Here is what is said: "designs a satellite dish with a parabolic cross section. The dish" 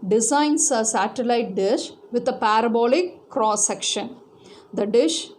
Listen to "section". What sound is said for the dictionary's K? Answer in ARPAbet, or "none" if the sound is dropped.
K